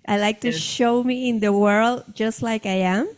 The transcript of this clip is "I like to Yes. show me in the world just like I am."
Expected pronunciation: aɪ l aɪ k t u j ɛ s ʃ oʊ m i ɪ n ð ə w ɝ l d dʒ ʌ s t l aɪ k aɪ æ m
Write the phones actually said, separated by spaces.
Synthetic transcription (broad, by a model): aɪ l aɪ k t u ʃ oʊ m i ɪ n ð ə w ɝ l d dʒ ʌ s t l aɪ k aɪ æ m